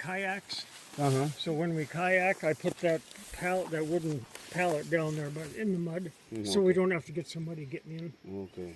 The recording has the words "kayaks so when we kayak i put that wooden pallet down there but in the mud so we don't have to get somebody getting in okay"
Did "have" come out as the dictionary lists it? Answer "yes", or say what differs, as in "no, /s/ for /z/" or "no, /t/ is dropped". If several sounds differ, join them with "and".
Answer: no, /f/ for /v/